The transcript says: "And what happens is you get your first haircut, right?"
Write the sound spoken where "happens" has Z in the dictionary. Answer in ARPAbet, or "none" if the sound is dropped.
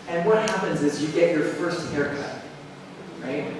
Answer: Z